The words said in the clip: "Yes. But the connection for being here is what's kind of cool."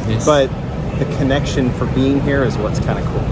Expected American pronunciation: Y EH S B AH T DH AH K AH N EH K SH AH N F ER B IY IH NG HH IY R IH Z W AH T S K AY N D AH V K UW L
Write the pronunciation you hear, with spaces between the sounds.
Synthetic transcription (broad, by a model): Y B AH T DH AH K AH N EH K SH AH N F ER B IY IH NG HH IY R IH Z W AH T S K AY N D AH K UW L